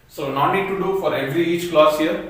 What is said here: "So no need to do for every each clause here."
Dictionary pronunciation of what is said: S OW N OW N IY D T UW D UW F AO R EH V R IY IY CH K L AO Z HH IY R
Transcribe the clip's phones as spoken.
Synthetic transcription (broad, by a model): S OW N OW N IY D T UW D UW F AO R EH V R IY IY CH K L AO S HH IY R